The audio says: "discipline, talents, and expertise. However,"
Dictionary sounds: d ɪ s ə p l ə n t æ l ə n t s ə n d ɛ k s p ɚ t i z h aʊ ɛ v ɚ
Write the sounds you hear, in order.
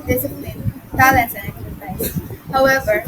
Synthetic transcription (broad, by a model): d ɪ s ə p l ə n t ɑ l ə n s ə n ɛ k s ɚ s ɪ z h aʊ ɛ v ɚ